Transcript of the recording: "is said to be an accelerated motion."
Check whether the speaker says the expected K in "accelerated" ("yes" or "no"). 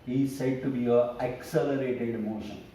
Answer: yes